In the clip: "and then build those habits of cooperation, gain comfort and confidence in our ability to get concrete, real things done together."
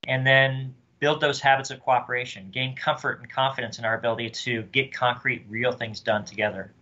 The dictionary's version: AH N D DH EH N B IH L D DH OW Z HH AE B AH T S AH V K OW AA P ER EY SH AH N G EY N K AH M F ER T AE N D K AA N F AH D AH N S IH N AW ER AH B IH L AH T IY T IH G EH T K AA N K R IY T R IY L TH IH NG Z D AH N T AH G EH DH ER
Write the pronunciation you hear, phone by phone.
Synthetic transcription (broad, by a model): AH N DH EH N B IH L D DH OW Z HH AE B AH T S AH V K OW AA P ER EY SH AH N G EY N K AH M F ER T N K AA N F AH D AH N S IH N AW ER AH B IH L AH T IY T IH G EH T K AA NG K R IY T R IY L TH IH NG Z D AH N T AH G EH DH ER